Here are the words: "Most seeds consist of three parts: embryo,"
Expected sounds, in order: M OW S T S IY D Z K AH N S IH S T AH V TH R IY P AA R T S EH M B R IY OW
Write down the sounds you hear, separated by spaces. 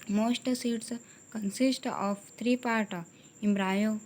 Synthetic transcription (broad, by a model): M OW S T S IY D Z K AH N S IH S T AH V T R IY P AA R T IY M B R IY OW